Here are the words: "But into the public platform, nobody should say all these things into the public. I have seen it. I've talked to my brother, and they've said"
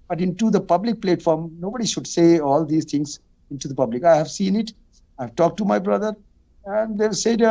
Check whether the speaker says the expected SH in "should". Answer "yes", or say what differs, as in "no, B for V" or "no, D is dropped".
yes